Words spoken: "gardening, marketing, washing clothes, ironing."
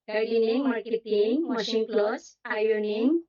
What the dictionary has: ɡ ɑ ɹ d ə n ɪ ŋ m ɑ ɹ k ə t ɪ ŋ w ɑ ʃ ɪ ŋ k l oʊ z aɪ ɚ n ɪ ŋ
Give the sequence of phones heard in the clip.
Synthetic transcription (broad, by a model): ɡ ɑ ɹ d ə n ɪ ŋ m ɑ ɹ k ə t ɪ ŋ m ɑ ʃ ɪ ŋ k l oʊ s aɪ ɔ n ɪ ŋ